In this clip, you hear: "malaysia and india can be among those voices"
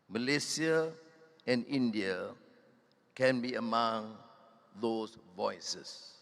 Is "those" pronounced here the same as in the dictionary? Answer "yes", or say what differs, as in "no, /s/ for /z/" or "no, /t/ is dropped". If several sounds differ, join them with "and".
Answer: no, /s/ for /z/